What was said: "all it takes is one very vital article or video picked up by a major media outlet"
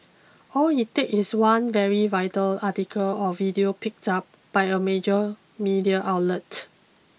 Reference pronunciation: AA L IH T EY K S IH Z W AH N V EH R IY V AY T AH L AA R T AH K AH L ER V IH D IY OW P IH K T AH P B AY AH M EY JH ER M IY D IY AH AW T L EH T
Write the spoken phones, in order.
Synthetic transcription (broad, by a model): AA L IH T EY K IH S W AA N V EH R IY V AY T AH L AA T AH K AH L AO V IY D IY OW P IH K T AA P B AY AH M EY JH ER M IY D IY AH AW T L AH T